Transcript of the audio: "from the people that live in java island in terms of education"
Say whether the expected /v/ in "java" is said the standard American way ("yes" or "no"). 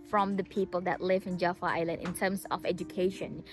no